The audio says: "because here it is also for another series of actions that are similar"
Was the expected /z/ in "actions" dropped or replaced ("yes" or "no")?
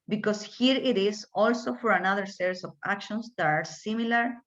yes